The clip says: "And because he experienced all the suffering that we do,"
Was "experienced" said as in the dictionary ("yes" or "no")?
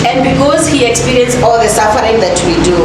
no